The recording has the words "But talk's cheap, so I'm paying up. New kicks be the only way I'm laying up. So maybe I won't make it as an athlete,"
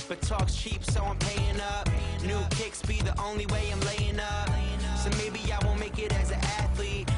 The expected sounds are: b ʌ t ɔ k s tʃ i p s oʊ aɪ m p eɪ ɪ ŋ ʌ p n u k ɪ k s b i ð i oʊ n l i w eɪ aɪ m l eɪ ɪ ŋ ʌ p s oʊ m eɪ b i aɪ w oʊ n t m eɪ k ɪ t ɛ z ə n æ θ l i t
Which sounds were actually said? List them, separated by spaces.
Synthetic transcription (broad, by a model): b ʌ t ɔ k s tʃ i p s oʊ aɪ m p eɪ ɪ ŋ ʌ p n u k ɪ k s b i ð i oʊ n l i w eɪ aɪ m l eɪ ɪ ŋ ʌ p s oʊ m eɪ b i aɪ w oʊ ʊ m eɪ k ɪ t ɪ z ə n æ θ l i t